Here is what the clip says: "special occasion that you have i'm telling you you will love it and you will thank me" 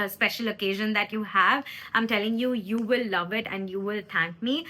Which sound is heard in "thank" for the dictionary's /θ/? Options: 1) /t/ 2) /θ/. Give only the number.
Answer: 1